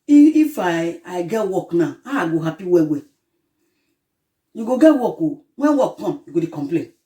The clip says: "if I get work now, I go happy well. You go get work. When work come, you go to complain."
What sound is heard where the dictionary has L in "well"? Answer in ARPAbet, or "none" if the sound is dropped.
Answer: W